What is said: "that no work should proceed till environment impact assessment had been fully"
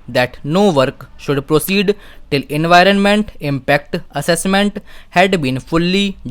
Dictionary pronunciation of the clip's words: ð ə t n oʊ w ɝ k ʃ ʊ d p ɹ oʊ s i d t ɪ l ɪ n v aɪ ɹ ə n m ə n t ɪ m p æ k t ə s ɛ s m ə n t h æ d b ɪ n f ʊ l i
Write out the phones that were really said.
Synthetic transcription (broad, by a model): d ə t n oʊ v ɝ k ʃ ʊ d p ɹ oʊ s i d t ɪ l ɪ n v aɪ ɹ ə n m ə n t ɪ m p æ k t ə s ɛ s m ə n t h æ d b ɪ n f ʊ l i